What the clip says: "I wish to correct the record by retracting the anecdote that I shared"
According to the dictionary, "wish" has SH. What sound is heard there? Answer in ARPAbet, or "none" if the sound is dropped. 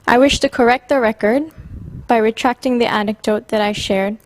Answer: SH